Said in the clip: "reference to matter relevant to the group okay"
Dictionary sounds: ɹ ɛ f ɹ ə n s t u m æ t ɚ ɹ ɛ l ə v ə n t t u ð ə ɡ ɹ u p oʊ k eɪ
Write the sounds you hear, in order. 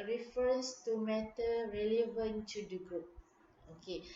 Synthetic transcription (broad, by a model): ɹ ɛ f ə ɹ s t u m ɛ t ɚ ɹ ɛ l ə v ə n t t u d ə ɡ ɹ u p oʊ k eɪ